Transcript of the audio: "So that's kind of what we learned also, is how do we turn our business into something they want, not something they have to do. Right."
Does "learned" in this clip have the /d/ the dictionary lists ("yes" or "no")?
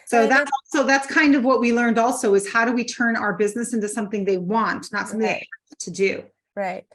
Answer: yes